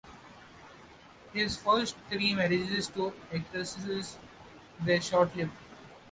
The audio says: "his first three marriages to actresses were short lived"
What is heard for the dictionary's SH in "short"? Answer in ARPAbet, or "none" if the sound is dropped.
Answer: SH